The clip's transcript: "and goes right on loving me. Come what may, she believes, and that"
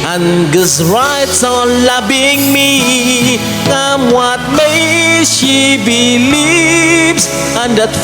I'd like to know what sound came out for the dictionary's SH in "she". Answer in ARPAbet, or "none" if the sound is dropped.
SH